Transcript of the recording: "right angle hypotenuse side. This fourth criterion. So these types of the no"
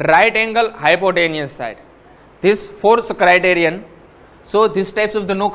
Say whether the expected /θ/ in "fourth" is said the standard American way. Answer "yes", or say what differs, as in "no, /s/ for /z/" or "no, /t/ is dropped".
no, /s/ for /θ/